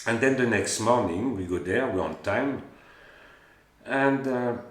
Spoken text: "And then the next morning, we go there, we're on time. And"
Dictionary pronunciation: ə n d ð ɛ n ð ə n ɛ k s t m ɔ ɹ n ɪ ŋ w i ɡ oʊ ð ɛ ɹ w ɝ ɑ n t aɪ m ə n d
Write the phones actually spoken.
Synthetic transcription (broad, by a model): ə n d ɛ n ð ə n ɛ k s t m ɔ ɹ n ɪ ŋ w i ɡ oʊ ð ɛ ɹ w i ɑ n t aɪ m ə n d